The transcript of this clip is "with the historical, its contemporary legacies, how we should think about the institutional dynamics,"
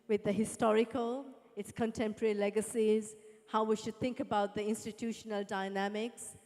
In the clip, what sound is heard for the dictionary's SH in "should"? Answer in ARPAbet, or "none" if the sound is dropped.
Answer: SH